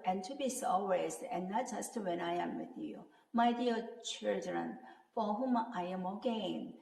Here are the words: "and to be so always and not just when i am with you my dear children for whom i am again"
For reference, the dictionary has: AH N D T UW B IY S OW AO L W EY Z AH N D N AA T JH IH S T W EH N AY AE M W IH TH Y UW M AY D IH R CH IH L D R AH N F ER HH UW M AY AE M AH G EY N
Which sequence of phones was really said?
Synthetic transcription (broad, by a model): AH N T UW B IY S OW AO W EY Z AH N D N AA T JH IH S T W EH N AY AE M W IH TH Y UW M AY D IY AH CH IH L D R AH N F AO HH UW M AY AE M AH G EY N